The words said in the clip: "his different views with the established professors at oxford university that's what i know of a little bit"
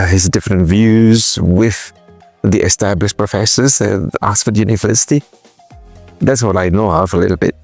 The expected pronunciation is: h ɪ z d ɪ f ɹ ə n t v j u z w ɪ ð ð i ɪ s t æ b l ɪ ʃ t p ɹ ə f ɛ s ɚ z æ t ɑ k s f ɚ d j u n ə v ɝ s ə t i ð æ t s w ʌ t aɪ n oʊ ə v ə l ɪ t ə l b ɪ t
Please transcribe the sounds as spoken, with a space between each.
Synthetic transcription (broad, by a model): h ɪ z d ɪ f ɹ ə n t v j u z w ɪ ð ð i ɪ s t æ b l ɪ ʃ p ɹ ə f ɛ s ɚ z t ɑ s f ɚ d j u n ə v ɝ s ə t i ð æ t s w ʌ t aɪ n oʊ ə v ə l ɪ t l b ɪ t